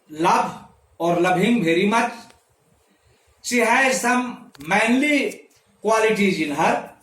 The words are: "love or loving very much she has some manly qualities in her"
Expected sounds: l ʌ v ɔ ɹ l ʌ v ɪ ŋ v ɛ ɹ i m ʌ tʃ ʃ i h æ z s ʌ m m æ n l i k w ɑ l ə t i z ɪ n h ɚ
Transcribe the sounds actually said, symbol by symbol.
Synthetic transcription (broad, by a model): l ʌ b ɔ ɹ l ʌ b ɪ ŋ b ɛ ɹ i m ʌ tʃ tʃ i h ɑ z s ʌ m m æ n l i k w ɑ l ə t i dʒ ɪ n h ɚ